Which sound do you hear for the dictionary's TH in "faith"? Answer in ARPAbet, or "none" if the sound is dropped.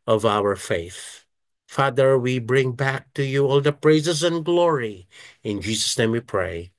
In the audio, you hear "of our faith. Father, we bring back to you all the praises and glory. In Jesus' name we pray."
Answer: TH